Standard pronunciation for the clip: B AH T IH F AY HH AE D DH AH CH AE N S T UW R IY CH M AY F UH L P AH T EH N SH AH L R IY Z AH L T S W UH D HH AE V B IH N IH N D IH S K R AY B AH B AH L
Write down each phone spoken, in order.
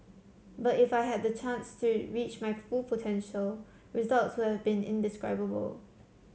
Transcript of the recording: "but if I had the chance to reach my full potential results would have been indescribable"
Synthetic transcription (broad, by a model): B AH T IH F AY HH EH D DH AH CH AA N S T UW R IY CH M AY F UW L P AH T EH N SH AH L R IY Z AH L T S W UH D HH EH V B IH N IH N D IH S K R AY B AH B AH L